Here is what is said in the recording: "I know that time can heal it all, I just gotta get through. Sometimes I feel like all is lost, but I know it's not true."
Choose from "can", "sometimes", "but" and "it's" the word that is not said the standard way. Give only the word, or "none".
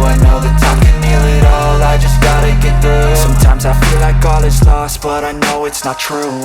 none